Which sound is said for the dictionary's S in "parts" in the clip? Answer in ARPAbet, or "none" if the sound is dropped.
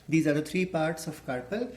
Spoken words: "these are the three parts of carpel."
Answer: S